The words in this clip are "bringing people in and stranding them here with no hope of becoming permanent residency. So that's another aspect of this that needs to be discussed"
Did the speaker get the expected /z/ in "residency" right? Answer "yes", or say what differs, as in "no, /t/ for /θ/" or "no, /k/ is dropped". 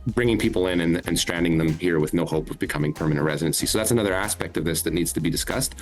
yes